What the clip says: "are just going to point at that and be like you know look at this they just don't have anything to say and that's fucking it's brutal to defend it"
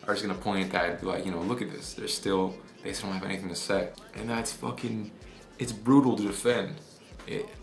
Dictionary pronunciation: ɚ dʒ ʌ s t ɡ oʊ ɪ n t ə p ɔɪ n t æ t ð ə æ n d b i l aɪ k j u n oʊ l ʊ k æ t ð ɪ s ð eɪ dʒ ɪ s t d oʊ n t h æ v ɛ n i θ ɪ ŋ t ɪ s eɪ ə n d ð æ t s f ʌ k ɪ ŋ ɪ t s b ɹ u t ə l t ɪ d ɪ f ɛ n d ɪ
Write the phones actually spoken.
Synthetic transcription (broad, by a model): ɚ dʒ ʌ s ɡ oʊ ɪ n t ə p ɔɪ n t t ð ə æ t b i l aɪ k j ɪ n oʊ l ʊ k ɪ t ð ɪ s ð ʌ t ɪ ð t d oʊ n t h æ v ɛ n i θ ɪ ŋ t ɪ s eɪ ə n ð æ t s f ʌ k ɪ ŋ ɪ t s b ɹ u t l t ɪ d ɪ f ɛ n d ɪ